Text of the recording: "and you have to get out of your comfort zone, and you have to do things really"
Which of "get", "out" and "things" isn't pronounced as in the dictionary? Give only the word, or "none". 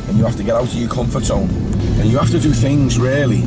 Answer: none